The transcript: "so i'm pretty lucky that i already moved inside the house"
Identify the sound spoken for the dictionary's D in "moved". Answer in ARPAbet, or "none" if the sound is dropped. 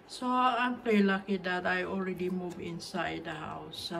none